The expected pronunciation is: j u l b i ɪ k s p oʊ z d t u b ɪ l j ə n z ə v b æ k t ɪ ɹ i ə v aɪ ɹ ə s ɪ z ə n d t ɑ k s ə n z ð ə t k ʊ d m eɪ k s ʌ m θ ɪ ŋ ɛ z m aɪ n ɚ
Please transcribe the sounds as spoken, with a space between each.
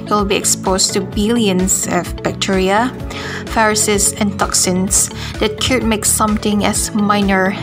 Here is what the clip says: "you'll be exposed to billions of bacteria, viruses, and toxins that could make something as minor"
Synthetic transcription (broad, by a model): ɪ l b i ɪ k s p oʊ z t u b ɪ l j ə n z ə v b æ k t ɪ ɹ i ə f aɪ ɹ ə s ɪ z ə n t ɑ k s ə n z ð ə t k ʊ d m eɪ k s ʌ m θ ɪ ŋ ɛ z m aɪ n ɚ